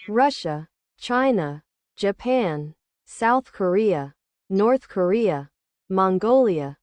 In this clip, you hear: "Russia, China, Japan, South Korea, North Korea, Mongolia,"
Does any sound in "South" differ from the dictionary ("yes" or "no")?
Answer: no